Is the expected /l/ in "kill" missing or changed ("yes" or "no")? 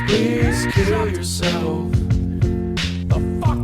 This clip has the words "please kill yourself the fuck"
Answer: no